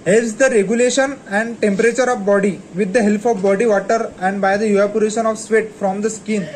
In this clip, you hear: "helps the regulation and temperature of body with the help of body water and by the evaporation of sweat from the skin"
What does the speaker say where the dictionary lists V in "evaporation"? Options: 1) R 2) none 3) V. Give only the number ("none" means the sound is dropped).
2